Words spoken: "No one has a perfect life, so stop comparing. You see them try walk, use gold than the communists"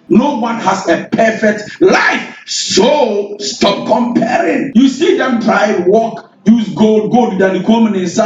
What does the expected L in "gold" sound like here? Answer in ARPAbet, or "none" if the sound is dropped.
L